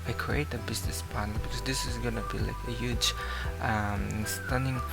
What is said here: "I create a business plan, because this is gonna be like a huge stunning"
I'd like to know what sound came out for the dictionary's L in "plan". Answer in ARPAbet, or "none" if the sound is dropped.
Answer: N